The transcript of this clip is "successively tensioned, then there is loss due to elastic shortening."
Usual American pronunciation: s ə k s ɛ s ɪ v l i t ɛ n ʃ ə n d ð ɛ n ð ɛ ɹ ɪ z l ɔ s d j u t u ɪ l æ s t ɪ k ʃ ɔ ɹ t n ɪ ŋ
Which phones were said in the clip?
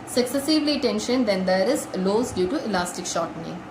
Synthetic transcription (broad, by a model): s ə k s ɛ s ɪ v l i t ɛ n ʃ ə n d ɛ n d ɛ ɹ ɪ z l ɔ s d j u t u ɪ l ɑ s t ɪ k ʃ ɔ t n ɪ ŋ